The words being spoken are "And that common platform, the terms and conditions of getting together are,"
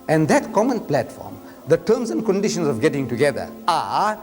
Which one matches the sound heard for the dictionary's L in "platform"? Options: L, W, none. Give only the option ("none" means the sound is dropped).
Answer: L